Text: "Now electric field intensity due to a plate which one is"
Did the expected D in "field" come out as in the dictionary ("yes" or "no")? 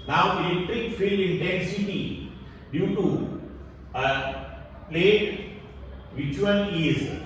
no